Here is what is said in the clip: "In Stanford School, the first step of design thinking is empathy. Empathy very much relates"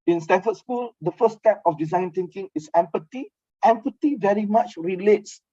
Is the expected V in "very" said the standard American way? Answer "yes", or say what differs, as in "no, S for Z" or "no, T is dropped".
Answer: yes